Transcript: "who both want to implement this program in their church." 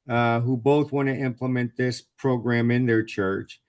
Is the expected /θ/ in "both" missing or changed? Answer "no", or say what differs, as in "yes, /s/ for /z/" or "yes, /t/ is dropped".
no